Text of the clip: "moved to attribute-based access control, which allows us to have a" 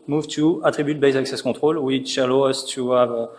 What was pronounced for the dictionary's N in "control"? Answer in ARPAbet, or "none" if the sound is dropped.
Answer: none